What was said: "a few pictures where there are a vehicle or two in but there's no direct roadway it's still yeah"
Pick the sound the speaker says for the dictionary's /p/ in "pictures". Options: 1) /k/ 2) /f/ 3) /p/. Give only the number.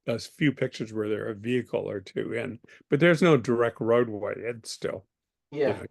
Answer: 3